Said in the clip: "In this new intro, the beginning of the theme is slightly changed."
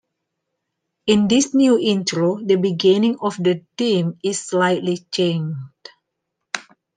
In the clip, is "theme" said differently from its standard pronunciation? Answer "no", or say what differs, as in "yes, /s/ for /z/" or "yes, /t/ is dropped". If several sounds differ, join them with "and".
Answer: yes, /t/ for /θ/